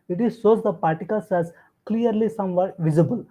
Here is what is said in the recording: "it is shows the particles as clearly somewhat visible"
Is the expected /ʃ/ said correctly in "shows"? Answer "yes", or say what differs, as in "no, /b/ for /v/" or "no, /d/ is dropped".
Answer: no, /s/ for /ʃ/